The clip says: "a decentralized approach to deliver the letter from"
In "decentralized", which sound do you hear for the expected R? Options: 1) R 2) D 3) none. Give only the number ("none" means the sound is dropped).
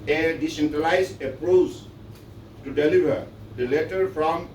3